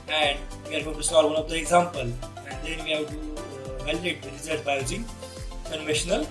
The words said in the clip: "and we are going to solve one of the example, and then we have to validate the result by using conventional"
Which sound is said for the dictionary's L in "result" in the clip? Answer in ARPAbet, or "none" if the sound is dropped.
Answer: none